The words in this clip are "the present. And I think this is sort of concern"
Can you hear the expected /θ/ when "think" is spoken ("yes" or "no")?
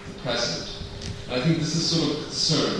yes